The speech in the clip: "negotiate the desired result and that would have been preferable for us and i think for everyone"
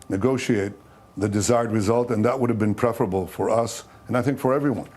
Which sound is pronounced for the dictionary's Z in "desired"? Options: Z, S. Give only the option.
Z